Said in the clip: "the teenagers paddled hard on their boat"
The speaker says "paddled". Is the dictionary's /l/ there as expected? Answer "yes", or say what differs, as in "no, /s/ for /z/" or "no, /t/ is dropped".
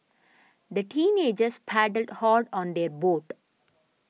yes